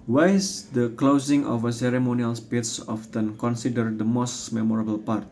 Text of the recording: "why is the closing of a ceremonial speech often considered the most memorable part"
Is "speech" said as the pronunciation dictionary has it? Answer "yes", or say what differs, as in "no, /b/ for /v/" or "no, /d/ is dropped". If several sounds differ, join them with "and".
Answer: no, /s/ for /tʃ/